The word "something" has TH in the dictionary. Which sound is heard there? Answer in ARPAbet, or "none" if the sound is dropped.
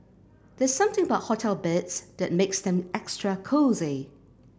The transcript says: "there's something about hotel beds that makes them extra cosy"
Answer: TH